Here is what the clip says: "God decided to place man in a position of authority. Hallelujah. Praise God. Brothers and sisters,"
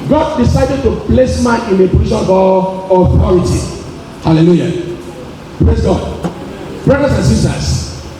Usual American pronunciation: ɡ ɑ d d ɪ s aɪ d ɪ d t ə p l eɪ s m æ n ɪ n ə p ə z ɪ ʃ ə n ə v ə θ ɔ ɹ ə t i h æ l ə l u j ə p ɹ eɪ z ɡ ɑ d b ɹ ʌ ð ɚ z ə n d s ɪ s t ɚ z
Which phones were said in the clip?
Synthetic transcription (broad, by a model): ɡ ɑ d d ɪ s aɪ d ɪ d t ə p l eɪ s m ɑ ɪ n ə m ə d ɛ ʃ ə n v ə θ ɔ ɹ ə t i h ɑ l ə l u j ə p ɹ eɪ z ɡ ɑ d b ɹ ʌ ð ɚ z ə n s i s t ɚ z